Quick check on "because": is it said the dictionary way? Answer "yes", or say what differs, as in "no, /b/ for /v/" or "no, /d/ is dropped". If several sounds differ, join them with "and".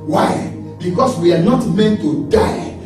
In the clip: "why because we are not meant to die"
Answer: no, /s/ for /z/